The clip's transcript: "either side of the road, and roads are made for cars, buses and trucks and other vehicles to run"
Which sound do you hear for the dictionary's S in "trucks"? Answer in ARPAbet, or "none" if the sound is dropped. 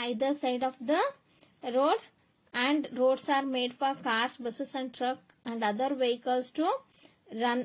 none